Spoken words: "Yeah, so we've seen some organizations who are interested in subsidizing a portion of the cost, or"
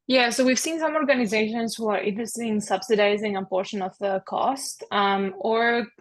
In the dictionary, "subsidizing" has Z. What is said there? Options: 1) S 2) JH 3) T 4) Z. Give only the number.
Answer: 4